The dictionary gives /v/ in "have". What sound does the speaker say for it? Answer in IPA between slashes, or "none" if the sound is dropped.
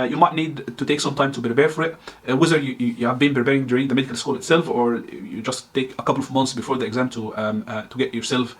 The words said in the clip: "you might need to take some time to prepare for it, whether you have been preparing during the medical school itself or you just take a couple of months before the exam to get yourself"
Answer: /v/